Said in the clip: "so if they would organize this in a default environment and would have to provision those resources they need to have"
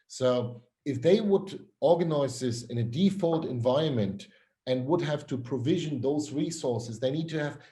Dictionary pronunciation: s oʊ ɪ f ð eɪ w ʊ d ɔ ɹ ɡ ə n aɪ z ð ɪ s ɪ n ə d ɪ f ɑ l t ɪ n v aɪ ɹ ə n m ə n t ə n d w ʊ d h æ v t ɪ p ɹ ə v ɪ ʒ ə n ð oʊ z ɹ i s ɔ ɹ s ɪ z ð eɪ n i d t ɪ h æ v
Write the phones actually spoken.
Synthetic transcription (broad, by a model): s oʊ ɪ f ð eɪ w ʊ d ɔ ɹ ɡ ə n aɪ z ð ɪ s ɪ n ə d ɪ f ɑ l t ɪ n v aɪ ɹ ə n m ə n t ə n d w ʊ d h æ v t ɪ p ɹ ə v ɪ ʒ ə n ð oʊ z ɹ i s ɔ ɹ s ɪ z ð eɪ n i d t ɪ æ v